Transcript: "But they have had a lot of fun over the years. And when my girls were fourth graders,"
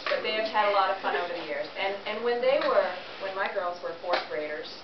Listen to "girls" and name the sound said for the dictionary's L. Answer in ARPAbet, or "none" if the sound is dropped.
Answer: L